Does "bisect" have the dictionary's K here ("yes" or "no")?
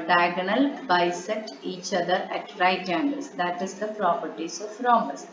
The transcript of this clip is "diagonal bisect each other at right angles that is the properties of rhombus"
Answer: no